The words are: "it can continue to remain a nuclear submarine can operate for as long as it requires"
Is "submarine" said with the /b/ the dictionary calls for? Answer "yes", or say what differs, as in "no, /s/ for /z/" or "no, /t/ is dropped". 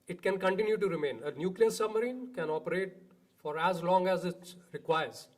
yes